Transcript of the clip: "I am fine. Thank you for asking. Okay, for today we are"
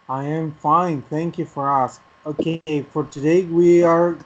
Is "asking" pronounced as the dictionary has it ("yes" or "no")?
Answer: no